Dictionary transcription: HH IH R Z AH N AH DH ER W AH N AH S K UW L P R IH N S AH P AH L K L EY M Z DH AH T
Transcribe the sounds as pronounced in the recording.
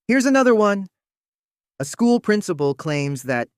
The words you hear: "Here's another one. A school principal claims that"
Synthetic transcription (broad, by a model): HH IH R Z AH N AH DH ER W AH N AH S K UW L P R IH N S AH P L K L EY M Z DH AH T